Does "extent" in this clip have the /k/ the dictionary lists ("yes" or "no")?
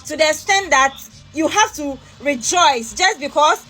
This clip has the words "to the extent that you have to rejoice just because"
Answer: no